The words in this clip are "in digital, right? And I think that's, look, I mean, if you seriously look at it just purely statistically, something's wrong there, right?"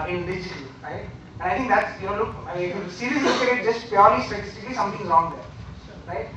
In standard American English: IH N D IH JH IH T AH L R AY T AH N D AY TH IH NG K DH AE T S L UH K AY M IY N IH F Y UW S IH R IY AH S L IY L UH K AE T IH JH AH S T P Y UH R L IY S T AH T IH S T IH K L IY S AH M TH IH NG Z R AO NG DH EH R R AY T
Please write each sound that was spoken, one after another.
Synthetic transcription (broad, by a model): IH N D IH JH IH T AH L R AY T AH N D AY T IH NG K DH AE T S L UH K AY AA IH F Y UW S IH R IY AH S IY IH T JH AH S T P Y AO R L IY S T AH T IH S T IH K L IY S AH M T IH NG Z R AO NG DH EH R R AY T